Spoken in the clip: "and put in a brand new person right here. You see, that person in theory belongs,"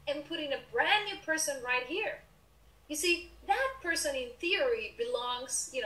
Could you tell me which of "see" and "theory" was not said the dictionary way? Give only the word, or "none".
none